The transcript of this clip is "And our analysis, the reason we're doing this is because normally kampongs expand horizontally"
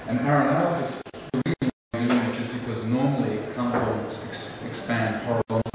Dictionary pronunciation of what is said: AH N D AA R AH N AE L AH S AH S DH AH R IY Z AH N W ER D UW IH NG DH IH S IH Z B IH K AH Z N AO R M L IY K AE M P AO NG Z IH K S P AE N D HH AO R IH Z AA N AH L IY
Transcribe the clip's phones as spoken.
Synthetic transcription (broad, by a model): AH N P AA R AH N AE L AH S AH S DH AH R IY Z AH N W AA D UW IH NG DH IH S IH Z B IH K AH Z N AO R M L IY K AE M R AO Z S IH K S P AE N D HH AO R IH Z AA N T